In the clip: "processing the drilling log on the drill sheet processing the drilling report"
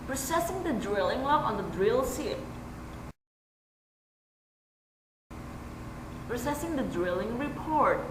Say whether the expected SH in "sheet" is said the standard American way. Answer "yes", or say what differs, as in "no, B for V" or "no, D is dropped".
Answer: no, S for SH